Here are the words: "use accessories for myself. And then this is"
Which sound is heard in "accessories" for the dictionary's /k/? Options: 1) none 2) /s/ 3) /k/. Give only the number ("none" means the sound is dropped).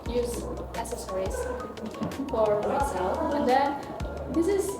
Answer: 1